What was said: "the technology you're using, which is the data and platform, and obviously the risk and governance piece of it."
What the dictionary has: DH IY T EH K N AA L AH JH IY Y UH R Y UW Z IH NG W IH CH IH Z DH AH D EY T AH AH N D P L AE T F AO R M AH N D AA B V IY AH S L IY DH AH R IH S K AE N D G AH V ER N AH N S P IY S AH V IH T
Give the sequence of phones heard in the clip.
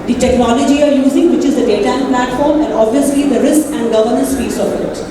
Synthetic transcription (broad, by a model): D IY T EH K N AA L AH JH IY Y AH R Y UW Z IH NG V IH CH IH Z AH D EY T AH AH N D P L AE T F AO R M AH N D AA B V IY AH S L IY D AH R IH S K AE N D G AH V ER N AH N S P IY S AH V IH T